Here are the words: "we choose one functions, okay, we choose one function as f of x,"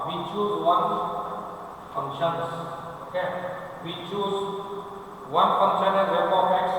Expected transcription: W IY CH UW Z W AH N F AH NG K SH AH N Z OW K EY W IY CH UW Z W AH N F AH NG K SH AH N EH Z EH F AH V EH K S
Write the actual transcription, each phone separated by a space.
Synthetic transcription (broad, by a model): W IY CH UW S W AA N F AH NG SH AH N S OW K EY W IY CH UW S W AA N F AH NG SH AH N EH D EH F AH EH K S